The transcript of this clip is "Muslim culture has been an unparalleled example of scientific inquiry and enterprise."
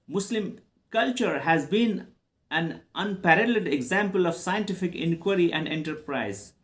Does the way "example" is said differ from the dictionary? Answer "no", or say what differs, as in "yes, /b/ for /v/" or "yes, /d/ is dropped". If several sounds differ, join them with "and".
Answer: no